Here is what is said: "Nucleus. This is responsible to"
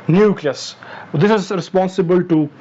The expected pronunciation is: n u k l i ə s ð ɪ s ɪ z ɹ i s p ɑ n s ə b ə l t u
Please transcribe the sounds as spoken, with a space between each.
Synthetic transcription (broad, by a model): n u k l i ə s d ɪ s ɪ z ɹ i s p ɑ n s ə b ə l t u